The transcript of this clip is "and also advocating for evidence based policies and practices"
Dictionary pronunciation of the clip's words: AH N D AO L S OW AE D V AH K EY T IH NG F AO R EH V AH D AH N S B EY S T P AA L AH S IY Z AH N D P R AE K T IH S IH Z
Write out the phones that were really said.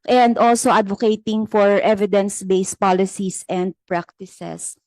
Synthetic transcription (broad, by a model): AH N D AO L S OW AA D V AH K EY T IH NG F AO R EH V AH D AH N S B EY S P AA L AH S IY S AH N D P R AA K T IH S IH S